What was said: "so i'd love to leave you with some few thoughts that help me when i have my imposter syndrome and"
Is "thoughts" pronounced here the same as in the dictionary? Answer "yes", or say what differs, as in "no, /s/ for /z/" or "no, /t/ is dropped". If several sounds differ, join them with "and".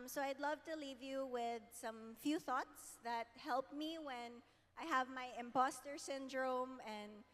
yes